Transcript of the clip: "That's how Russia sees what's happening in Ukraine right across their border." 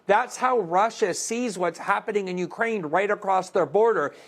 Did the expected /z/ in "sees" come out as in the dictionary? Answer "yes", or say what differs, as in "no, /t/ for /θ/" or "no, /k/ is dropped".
yes